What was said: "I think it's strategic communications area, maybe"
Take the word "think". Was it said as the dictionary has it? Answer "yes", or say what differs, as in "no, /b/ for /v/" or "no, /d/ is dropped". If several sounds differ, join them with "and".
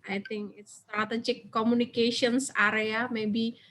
no, /t/ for /θ/